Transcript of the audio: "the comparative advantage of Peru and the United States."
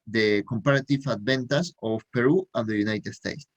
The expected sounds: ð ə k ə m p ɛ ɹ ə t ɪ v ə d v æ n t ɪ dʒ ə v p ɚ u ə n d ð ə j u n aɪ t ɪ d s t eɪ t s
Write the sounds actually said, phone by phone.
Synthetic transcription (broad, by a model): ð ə k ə m p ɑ ɹ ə t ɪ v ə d b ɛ n t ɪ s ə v p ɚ u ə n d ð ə j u n aɪ t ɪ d s t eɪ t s